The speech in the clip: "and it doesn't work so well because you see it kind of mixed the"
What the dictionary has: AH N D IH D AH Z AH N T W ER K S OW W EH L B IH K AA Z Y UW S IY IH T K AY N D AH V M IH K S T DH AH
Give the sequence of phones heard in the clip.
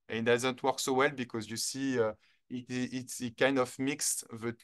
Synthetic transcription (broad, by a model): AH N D IH Z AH N T W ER K S OW W EH L B IH K AA Z Y UW S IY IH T K AY N D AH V M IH K S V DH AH